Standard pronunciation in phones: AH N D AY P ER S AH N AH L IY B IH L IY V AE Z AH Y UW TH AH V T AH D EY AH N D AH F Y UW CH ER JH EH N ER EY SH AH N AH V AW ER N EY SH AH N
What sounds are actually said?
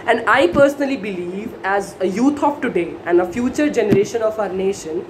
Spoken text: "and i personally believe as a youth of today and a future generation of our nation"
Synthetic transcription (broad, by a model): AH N D AY P ER S AH N AH L IY B IH L IY V AE Z AH Y UW T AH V T AH D EY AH N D AH F Y UW CH ER JH EH N ER EY SH AH N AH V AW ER N EY SH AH N